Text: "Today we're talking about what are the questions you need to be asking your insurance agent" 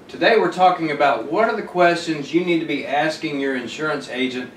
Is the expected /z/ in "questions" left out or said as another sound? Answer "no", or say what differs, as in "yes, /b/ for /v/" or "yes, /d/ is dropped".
no